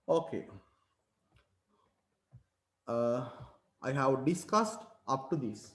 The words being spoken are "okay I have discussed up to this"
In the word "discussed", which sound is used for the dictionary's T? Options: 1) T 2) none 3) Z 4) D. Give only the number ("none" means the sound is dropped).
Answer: 1